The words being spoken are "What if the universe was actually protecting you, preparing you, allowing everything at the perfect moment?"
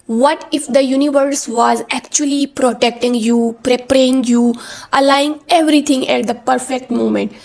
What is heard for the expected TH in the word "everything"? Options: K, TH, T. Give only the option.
T